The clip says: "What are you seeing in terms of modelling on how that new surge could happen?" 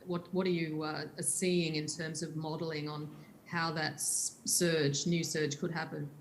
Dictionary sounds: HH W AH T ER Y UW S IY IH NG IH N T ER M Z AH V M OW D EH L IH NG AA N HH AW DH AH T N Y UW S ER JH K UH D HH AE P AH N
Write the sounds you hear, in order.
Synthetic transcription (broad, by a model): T W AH T ER Y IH S IY IH NG IH N T ER M Z AH V M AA D L IH NG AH N HH AW DH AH T N Y UW S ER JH K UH D HH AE P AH N